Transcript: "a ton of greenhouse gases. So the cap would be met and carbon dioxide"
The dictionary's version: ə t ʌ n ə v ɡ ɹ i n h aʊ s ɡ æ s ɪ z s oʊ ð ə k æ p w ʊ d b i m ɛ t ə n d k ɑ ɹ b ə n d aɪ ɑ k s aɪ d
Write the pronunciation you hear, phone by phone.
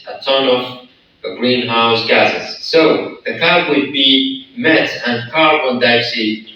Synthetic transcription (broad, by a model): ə t ʌ n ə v ɡ ɹ i n h aʊ s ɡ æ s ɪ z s oʊ ð ə k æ b w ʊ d b i m ɛ t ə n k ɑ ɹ ə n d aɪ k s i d